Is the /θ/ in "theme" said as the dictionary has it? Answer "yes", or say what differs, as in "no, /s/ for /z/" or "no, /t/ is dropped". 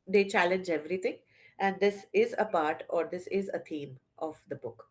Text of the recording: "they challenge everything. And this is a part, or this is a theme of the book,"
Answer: no, /t/ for /θ/